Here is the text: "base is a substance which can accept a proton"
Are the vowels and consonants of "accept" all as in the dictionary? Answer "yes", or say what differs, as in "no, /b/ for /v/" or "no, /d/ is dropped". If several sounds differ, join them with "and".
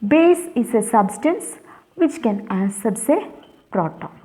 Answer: no, /k/ is dropped